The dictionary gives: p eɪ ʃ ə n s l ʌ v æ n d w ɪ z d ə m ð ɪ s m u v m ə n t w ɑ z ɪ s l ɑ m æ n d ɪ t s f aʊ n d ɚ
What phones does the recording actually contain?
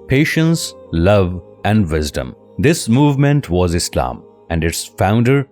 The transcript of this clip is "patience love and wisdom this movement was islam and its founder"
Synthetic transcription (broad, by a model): p eɪ ʃ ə n s l ʌ v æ n d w ɪ z d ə m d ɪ s m u v m ə n t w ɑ z ɪ s l ɑ m æ n d ɪ t s f aʊ n d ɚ